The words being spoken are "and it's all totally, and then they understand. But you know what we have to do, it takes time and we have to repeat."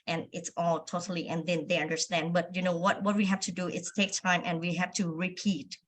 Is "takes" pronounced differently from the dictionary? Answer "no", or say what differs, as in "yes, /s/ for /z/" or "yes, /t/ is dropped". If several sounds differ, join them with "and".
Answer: yes, /s/ is dropped